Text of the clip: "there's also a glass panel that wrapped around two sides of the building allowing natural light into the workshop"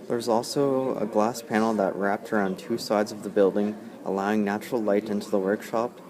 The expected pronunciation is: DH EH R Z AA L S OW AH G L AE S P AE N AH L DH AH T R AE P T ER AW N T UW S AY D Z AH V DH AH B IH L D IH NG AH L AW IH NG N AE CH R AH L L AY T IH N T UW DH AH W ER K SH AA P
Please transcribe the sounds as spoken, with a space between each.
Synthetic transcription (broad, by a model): DH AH R Z AA L S OW AH G L AE S P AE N L DH AH T R AE P T ER AW N T UW S AY D Z AH V DH AH B IH L D IH NG AH L AW IH NG N AE CH R L L AY T IH N T UW DH AH W ER K SH AA P